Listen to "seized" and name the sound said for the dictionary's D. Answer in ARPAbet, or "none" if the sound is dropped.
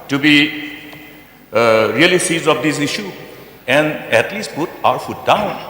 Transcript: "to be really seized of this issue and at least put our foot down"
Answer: none